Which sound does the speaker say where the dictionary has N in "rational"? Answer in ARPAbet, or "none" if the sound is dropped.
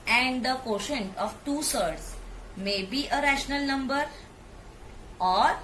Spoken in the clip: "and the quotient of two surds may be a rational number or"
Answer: N